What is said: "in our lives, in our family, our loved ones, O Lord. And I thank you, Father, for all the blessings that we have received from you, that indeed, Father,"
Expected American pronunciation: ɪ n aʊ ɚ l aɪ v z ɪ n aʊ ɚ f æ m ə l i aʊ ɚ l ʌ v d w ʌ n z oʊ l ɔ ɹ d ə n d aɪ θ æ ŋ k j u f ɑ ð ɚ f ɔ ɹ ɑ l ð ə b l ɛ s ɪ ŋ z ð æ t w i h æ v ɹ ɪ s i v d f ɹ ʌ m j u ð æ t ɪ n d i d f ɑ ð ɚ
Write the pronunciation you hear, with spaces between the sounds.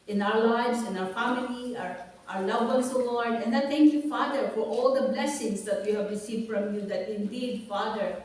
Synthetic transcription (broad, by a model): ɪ n aʊ ɚ l aɪ v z ɪ n aʊ ɚ f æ m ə l i aʊ ɚ l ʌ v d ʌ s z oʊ l ɔ ɹ d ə n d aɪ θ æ ŋ k j u f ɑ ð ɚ f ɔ ɹ ɑ l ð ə b l ɛ s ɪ ŋ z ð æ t w i h æ v ɹ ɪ s i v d f ɹ ʌ m j u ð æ t ɪ n d i d f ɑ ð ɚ